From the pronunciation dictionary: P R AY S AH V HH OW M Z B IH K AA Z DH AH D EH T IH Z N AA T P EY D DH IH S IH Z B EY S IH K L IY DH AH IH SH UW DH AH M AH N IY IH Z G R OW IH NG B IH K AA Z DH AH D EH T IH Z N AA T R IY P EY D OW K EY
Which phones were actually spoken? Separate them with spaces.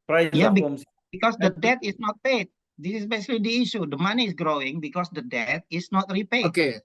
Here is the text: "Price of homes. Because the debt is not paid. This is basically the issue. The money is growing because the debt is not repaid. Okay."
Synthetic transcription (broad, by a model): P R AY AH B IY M B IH K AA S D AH D EH T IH S N AA T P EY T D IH S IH S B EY S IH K L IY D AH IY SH UW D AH M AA N IY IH S G R OW IH NG B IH K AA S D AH D EH T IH S N AA T R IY P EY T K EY